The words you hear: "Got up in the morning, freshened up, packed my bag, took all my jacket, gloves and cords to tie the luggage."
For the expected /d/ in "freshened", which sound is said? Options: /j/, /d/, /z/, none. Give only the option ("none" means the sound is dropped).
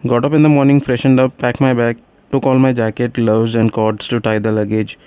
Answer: /d/